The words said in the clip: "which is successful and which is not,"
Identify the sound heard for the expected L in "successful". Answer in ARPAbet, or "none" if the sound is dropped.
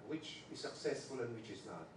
L